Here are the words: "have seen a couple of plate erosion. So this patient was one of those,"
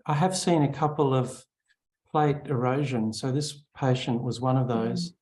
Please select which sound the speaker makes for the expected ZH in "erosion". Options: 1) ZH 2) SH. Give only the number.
1